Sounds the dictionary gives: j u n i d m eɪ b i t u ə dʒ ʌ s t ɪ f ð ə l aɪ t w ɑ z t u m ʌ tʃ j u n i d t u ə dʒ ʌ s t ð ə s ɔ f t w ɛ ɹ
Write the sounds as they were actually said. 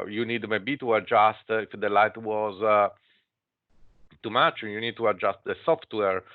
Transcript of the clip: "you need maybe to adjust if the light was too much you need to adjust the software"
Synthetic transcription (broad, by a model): j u n i d m eɪ b i t u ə dʒ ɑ s t ɪ f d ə l aɪ t w ɑ z t u m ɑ tʃ j u n i d t u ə dʒ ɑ s t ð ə s ɔ f t w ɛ ɹ